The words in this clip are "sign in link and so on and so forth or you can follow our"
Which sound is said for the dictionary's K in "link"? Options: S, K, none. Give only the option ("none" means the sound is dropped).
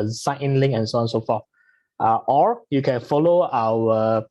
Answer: none